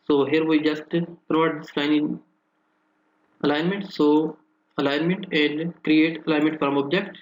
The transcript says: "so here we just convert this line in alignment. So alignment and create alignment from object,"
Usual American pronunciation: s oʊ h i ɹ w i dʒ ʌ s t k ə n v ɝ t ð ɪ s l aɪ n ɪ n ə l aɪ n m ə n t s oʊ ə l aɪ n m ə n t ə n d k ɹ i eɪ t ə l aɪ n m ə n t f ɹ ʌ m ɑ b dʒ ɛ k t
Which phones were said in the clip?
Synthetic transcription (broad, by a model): s oʊ h i ɹ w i dʒ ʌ s t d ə v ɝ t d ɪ s l aɪ n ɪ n ə l aɪ n m ə n t s oʊ ə l aɪ n m ə n t ə n d k ɹ i eɪ t ə l aɪ n m ə n t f ɹ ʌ m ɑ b dʒ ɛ k t